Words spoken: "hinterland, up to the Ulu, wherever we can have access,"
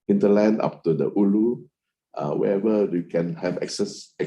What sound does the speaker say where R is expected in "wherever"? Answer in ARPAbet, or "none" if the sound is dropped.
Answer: none